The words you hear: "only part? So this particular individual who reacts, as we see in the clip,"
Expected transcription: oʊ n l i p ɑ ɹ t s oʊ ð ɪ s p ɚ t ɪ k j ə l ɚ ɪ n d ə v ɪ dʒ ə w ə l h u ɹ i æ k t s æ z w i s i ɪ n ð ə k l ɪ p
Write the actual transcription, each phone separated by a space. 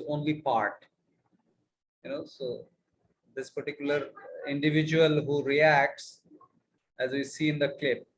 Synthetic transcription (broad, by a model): oʊ n l i p ɑ ɹ t s oʊ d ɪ s p ɚ t ɪ k j ə l ɚ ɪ n d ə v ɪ dʒ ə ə l h u ɹ i æ k t s æ z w i s i ɪ n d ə k l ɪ p